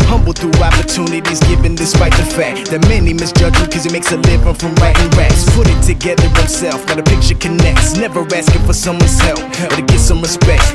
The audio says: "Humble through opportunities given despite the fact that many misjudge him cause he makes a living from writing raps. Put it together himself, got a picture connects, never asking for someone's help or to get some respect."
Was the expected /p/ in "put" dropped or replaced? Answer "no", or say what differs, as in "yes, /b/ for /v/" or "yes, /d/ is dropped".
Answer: no